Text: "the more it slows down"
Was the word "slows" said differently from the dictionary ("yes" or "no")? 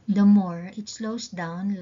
yes